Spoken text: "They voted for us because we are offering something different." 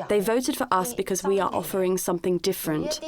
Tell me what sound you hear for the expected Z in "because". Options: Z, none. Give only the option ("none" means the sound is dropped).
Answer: Z